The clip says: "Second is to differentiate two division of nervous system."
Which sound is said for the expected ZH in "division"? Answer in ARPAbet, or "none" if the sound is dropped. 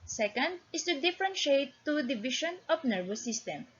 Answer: SH